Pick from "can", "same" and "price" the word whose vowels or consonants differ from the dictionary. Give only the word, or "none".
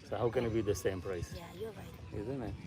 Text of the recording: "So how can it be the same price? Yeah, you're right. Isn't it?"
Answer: none